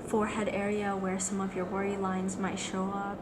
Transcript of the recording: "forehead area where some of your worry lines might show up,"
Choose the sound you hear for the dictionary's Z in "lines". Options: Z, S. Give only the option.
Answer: Z